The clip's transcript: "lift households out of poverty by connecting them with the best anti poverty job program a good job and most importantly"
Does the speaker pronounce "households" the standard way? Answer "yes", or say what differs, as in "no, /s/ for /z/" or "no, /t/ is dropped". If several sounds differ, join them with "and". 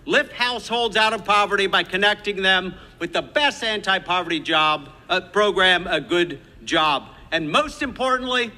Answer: yes